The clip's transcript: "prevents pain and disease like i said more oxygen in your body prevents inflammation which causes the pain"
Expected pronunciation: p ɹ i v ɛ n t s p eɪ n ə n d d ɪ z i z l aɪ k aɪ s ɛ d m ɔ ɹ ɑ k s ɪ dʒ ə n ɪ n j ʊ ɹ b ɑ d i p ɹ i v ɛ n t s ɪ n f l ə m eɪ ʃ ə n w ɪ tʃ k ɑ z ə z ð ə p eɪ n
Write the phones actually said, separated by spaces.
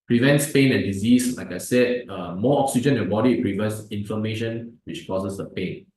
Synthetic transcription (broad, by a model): p ɹ i v ɛ n t s p eɪ n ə n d d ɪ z i s l aɪ k aɪ s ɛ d m ɔ ɑ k s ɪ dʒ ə n ɪ n b ɑ d i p ɹ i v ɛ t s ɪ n f ə m eɪ ʃ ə n w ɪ tʃ k ɑ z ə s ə p eɪ n